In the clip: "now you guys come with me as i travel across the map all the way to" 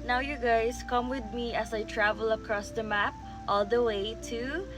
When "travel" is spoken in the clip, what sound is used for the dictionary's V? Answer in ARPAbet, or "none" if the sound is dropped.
V